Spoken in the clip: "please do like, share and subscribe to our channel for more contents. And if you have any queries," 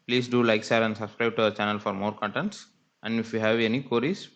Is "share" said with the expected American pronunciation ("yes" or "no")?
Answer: no